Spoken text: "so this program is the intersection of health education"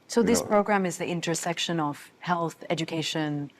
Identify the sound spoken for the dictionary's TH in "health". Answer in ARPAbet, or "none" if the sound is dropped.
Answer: TH